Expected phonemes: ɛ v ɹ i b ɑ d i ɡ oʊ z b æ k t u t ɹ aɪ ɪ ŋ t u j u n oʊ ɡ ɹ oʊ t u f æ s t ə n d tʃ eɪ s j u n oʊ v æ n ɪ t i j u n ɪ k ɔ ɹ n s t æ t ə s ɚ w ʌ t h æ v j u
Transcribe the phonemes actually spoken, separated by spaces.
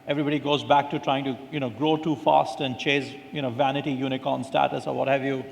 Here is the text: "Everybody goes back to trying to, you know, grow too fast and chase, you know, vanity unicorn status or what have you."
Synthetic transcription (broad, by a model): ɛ v ɹ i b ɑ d i ɡ oʊ z b æ k t u t ɹ aɪ ɪ ŋ t u j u n oʊ ɡ ɹ oʊ t u f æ s t ə n d tʃ eɪ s j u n oʊ v æ n ɪ t i j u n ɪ k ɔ n s t æ t ə s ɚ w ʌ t h æ v j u